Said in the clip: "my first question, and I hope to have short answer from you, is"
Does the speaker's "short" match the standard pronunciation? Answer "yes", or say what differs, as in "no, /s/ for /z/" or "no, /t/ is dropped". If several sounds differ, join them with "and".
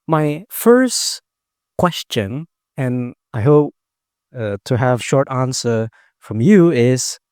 yes